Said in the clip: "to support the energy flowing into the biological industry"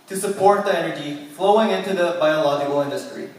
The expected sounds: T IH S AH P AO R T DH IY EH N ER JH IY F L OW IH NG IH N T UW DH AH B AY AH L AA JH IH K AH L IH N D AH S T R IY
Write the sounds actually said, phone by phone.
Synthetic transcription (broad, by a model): T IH S AH P AO R T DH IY EH N ER JH IY F L OW IH NG IH N T UW DH AH B AY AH L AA JH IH K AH L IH N D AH S T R IY